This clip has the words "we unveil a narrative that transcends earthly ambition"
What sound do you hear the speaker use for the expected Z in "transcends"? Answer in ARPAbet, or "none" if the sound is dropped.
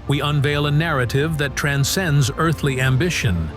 Z